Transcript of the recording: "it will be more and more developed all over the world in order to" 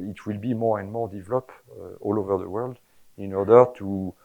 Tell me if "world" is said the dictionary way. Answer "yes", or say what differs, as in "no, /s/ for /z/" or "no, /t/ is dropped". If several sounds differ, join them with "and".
yes